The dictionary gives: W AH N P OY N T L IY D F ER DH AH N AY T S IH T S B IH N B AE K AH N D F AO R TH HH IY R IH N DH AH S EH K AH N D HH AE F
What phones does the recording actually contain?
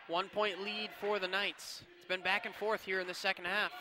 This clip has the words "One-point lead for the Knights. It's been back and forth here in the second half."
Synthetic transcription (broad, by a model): W AH N P OY N T L IY D F ER DH AH N AY T S IH T S B IH N B AE K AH N F AO R TH HH IY R IH N DH AH S EH K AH N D HH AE F